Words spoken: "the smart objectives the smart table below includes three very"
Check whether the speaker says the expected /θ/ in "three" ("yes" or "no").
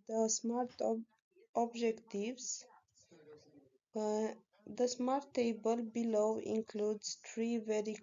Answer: no